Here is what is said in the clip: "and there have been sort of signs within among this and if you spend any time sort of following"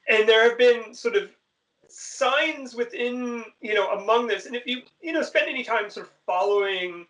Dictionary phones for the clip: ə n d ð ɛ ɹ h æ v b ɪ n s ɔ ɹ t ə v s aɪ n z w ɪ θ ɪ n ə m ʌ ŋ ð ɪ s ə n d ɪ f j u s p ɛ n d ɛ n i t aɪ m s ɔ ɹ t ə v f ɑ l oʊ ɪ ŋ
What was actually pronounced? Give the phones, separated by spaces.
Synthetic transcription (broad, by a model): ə n ð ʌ ɹ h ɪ v b ɪ n s ɔ ɹ t ə v s aɪ n z w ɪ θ ɪ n ə m ʌ ŋ ð ɪ s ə n ɪ f j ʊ s p ɛ n d ɛ n i t aɪ m s ɔ ɹ t ə v f ɑ l oʊ ɪ ŋ